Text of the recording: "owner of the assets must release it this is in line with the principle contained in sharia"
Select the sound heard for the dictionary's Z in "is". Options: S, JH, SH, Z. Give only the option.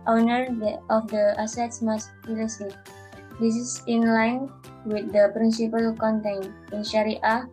S